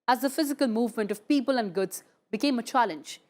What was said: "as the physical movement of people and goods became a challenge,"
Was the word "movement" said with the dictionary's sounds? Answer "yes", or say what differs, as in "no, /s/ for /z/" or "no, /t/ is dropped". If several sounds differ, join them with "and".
yes